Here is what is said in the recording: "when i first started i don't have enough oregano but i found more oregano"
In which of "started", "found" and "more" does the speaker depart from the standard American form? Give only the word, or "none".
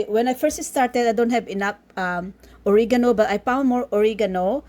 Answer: found